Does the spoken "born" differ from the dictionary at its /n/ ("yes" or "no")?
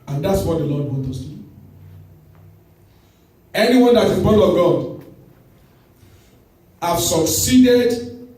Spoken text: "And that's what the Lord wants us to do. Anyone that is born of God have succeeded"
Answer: yes